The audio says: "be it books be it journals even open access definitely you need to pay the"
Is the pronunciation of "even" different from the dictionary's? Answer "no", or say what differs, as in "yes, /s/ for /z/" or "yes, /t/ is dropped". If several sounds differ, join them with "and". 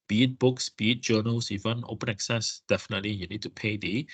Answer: yes, /w/ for /v/